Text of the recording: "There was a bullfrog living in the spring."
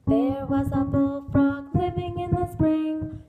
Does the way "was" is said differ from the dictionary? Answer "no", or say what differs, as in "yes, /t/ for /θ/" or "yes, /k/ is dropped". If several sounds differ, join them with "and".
no